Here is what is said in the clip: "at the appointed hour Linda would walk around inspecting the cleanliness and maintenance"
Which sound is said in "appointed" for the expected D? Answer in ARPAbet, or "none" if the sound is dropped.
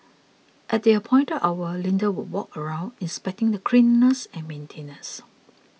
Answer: none